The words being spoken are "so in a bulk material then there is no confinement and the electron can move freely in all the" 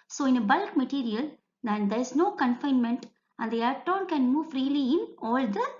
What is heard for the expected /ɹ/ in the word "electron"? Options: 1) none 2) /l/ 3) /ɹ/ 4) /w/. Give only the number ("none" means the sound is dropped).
1